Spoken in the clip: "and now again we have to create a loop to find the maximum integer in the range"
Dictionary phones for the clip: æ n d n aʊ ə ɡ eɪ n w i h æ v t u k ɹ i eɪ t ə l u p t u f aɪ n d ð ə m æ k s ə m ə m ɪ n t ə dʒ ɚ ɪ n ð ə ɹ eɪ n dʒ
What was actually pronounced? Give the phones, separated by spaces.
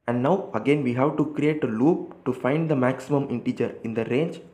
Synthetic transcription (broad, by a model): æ n d n aʊ ə ɡ eɪ n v i h æ v t u k ɹ i eɪ t ə l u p t u f aɪ n d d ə m æ k s ə m ə m ɪ n t ə dʒ ɚ ɪ n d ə ɹ eɪ n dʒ